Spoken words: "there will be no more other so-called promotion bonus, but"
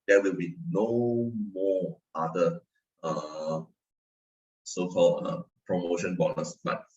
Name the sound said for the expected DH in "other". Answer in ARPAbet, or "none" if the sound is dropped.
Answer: none